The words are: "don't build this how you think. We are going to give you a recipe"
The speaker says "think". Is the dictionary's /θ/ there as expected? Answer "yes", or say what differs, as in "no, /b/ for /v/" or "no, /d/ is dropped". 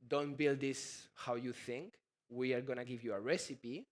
yes